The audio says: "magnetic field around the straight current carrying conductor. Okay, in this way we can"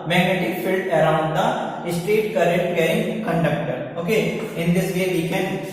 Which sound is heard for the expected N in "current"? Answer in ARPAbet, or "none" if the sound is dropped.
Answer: none